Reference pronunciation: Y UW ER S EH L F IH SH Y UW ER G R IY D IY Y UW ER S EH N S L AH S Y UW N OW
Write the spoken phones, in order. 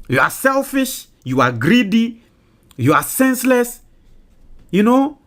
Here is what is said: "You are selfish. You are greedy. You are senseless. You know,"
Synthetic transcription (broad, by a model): Y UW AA S EH L F IH SH Y UW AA G R IY D IY Y UW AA S EH N S L AH S Y UW N OW